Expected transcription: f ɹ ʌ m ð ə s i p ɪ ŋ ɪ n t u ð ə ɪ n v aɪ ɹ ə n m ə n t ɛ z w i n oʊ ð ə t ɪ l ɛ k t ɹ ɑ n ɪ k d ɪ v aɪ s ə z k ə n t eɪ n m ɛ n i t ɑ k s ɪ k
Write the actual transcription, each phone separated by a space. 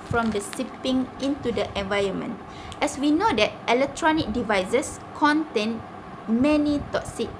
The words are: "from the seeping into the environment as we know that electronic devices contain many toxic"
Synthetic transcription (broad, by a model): f ɹ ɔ m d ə s i p ɪ ŋ ɪ n t u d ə ɪ n v aɪ ɹ ə n m ə n t ɛ s w i n oʊ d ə t ɪ l ɛ k t ɹ ɑ n ɪ k d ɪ v aɪ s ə s k ə n t eɪ n m ɛ n i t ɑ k s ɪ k